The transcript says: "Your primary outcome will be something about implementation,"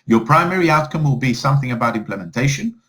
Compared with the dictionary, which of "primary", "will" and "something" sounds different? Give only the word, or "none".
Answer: none